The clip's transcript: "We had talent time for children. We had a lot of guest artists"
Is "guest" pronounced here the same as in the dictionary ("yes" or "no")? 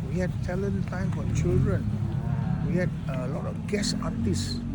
no